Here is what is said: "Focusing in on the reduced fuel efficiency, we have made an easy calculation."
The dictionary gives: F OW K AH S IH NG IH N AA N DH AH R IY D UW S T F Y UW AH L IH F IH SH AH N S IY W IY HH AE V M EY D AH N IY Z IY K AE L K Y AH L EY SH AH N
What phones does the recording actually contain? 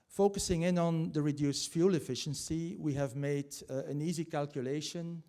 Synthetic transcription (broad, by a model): F OW K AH S IH NG IH N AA N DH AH R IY D UW S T F Y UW L IH F IH SH AH N S IY W IY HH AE V M EY D AH N IY Z IY K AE L K Y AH L EY SH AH N